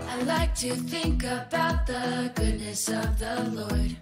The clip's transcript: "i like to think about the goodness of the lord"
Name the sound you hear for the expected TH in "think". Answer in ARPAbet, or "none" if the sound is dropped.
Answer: TH